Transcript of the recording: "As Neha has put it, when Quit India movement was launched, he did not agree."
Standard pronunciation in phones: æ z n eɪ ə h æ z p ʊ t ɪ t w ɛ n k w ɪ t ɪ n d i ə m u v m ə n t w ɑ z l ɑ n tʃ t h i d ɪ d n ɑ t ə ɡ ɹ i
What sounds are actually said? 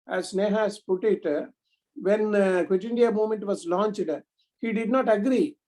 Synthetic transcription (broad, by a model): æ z n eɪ h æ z p ʊ t ɪ t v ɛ n k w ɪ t ɪ n d i ə m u m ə n t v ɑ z l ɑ n tʃ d h i d ɪ d n ɑ t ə ɡ ɹ i